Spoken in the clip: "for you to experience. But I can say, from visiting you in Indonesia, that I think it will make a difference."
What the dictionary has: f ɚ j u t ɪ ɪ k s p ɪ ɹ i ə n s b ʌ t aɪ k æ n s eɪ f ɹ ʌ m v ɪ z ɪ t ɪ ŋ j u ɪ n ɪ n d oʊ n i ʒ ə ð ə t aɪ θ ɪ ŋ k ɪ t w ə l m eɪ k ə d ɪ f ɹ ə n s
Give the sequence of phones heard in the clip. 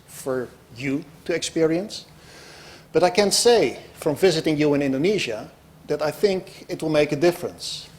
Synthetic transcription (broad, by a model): f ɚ j u t ɪ ɪ k s p ɪ ɹ i ə n s b ʌ t aɪ k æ n s eɪ f ɹ ʌ m v ɪ z ɪ t ɪ ŋ j u ɪ n ɪ n d oʊ n i ʒ ə ð ə t aɪ θ ɪ ŋ k ɪ t w ə l m eɪ k ə d ɪ f ɹ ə n s